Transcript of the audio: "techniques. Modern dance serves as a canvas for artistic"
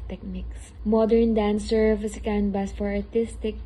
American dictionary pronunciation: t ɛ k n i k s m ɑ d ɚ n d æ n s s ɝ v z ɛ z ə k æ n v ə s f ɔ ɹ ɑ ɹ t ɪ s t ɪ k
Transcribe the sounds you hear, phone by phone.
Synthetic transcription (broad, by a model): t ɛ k n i k s m ɑ d ɚ n d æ n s s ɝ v ʌ s ə k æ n b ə s f ɔ ɹ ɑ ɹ t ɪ s t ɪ k